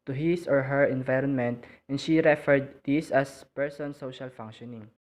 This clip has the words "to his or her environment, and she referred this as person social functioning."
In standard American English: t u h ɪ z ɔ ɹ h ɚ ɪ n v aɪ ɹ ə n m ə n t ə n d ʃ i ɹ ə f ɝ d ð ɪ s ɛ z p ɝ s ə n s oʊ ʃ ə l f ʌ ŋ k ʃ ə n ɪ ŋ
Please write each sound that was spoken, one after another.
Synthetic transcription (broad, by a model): t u h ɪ s ɔ ɹ h ɚ ɪ n v aɪ ɹ ə n m ə n t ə n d ʃ i ɹ ə f ɝ d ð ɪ s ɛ s p ɝ s ə n s oʊ ʃ ə l f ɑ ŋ k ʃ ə n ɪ ŋ